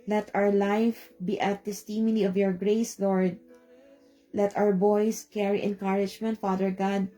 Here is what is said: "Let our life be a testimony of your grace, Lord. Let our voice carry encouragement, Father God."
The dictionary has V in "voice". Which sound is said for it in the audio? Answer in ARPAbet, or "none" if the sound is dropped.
B